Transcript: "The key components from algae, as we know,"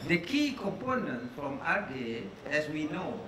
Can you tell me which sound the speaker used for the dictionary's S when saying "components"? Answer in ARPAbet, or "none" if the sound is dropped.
none